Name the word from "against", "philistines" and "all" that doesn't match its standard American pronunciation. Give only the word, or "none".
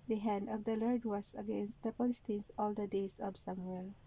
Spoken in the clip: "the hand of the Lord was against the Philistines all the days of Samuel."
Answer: philistines